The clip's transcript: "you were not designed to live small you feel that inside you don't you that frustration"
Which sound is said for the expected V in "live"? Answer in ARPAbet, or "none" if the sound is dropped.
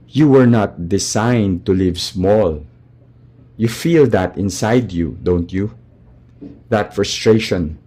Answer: V